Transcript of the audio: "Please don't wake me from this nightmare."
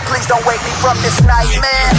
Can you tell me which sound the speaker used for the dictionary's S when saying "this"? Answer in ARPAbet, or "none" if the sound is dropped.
S